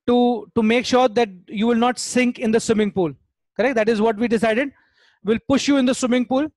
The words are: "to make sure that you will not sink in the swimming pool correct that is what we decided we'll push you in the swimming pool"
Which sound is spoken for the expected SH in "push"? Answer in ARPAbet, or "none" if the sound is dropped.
SH